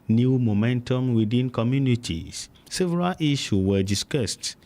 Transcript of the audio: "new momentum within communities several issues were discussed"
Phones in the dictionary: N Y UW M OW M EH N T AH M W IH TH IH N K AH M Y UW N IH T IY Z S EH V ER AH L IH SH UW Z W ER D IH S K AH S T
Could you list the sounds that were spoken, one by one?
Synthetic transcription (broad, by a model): N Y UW M OW M EH N T AH M W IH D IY N K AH M Y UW N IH T IY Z S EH V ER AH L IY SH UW W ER D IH S K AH S T